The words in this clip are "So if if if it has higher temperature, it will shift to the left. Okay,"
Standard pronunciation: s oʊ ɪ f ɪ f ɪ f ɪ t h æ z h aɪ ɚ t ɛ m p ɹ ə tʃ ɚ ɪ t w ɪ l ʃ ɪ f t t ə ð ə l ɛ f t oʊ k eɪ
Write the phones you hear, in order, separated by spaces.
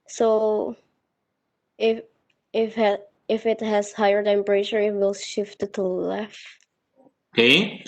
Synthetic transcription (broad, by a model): s oʊ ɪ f ɪ f ɪ f ɪ t h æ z h aɪ ɚ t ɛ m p ɹ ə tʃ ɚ ɪ t w ɪ l ʃ ɪ f t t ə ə l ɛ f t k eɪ